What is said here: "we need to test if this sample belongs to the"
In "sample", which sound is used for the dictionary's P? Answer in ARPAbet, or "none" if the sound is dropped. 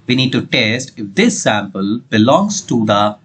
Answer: P